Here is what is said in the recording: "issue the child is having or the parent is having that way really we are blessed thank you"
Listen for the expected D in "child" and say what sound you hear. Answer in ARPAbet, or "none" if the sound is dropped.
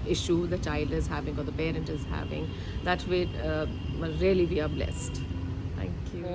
D